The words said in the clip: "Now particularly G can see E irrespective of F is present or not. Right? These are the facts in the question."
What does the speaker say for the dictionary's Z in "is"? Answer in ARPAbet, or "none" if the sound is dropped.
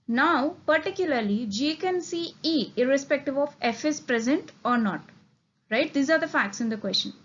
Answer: S